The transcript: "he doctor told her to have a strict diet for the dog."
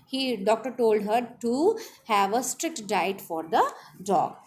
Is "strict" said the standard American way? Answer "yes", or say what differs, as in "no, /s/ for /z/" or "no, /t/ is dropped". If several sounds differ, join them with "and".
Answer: yes